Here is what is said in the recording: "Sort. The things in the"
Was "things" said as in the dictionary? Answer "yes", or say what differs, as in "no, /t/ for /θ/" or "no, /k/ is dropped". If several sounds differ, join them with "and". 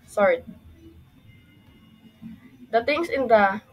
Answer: no, /t/ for /θ/ and /s/ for /z/